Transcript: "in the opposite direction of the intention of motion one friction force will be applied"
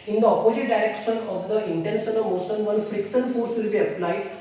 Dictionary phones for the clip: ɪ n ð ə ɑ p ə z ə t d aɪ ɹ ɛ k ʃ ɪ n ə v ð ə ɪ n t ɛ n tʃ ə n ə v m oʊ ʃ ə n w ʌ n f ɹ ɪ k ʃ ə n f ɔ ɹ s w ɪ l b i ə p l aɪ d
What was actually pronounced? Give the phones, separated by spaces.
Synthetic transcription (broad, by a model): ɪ n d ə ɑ p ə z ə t d aɪ ɹ ɛ k ʃ ɪ n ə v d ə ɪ n t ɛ n ʃ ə n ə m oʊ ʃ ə n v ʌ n f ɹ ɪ k s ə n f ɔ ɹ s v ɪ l b i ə p l aɪ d